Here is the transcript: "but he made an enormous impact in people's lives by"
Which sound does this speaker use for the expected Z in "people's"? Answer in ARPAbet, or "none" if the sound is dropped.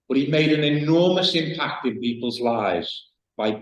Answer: Z